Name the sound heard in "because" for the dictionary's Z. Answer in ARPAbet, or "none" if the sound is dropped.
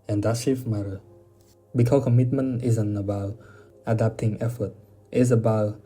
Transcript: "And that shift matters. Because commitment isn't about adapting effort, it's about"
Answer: none